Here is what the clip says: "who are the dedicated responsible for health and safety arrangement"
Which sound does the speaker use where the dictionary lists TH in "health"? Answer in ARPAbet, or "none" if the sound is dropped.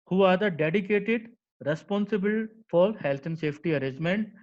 T